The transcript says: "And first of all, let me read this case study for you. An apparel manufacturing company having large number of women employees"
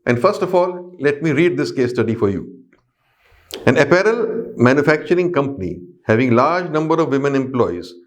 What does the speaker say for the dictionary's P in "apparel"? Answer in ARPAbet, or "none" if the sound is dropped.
P